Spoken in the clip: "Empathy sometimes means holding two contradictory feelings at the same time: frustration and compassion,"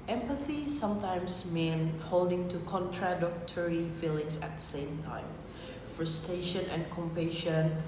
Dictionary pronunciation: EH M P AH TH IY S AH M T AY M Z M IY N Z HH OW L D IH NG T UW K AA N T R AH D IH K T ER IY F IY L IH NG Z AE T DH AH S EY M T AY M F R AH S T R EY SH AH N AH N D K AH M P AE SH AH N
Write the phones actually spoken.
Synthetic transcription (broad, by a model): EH M P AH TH IY S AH M T AY M S M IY N HH OW L D IH NG T UW K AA N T R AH D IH K T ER IY F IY L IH NG S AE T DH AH S EY M T AY M F R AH S T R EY SH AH N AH N K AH M P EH SH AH N